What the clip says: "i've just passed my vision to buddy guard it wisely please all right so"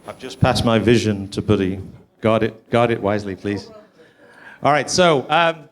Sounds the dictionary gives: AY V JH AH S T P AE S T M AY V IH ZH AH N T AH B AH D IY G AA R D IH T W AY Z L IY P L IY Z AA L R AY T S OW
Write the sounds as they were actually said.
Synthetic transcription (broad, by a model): AY V JH AH S P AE S M AY V IH ZH AH N T AH B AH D IY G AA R D IH T W AY Z L IY P L IY Z AA L R AY T S OW